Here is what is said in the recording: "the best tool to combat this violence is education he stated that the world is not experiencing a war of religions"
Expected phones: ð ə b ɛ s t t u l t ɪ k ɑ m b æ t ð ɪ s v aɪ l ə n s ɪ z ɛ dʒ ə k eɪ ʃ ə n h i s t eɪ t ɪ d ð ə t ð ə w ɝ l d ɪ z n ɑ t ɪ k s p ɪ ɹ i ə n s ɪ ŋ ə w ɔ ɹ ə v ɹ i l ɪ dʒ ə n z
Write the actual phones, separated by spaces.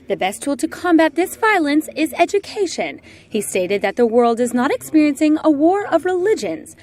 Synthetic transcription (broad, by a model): ð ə b ɛ s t t u l t ɪ k ɑ m b æ t ð ɪ s v aɪ l ə n s ɪ z ɛ dʒ ə k eɪ ʃ ə n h i s t eɪ t ɪ d ð ə t ð ə w ɝ l d ɪ z n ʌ t ɪ k s p ɪ ɹ i ə n s ɪ ŋ ə w ɔ ɹ ə v ɹ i l ɪ dʒ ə n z